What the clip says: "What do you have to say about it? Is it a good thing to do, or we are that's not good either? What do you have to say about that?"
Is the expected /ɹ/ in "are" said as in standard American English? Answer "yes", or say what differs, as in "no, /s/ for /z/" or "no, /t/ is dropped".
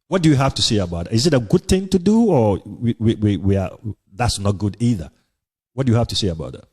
no, /w/ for /ɹ/